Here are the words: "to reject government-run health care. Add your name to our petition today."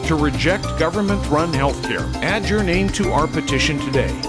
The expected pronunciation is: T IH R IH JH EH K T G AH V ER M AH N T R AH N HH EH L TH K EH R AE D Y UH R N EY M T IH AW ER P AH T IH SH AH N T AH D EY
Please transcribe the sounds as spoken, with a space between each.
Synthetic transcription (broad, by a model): T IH R IH JH EH K T G AH V ER M AH N T R AH N HH EH L TH K EH R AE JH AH R N EY M T IH AW ER P AH T IH SH AH N T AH D EY